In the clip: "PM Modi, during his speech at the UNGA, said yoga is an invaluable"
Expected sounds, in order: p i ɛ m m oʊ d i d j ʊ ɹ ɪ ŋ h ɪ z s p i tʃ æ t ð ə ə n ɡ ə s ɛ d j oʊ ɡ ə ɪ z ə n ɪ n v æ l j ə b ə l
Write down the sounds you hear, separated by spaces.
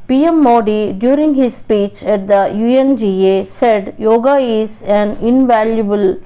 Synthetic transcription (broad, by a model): p i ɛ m m oʊ d i d j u ɹ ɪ ŋ h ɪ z s p i tʃ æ t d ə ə n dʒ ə s ɛ d j oʊ ɡ ə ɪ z ə n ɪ n v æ l j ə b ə l